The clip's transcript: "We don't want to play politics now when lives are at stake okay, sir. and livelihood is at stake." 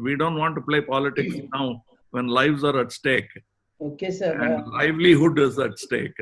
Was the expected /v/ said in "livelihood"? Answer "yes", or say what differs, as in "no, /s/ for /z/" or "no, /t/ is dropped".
yes